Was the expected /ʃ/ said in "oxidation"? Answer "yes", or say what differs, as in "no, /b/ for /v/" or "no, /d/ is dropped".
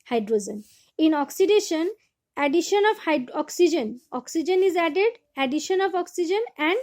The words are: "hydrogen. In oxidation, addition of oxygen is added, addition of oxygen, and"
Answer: yes